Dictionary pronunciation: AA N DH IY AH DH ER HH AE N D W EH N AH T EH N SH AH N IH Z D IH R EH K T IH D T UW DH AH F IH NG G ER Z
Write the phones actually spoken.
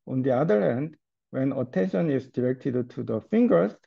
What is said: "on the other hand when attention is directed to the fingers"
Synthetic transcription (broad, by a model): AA N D IY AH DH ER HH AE N D W EH N AH T EH N SH AH N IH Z D IH R EH K T IH D T UW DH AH F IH NG G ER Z